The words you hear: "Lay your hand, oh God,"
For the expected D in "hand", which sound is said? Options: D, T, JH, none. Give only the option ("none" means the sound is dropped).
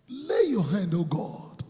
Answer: D